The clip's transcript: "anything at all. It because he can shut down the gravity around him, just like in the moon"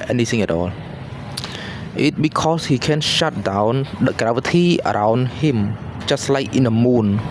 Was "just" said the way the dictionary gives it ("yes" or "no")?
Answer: no